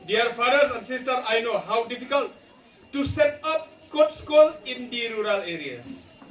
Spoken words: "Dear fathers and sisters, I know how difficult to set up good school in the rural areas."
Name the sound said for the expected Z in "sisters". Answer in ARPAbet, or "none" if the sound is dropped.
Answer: none